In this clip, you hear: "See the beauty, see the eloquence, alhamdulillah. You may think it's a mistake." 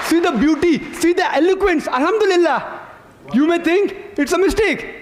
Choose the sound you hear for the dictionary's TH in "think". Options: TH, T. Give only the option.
T